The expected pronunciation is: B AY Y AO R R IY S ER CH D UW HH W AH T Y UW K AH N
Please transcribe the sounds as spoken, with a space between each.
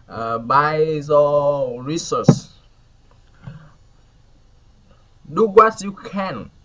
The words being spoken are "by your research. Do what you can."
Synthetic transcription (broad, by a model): B AY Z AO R R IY S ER S D UW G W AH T Y UW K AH N